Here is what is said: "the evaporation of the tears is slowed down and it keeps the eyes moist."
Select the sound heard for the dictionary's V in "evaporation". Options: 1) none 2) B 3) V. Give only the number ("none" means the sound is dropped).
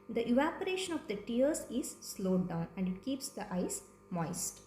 3